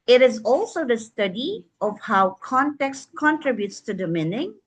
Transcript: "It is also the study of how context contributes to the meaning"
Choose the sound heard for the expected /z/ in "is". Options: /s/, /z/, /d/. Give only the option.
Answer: /z/